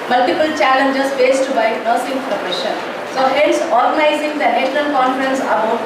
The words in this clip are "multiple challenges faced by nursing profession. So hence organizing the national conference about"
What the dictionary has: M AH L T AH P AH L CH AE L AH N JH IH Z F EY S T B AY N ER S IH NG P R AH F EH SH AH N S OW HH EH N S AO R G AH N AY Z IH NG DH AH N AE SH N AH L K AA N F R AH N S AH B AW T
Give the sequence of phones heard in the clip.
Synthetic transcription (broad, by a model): M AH L T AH P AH L CH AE L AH N JH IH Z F EY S T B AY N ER S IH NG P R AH P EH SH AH N S OW HH EH N S AO R G AH N AY Z IH NG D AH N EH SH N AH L K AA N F R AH N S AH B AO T